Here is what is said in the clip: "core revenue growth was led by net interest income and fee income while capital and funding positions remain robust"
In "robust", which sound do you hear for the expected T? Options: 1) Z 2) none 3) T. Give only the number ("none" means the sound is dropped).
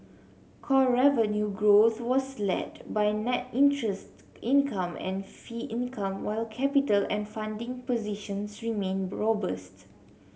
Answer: 3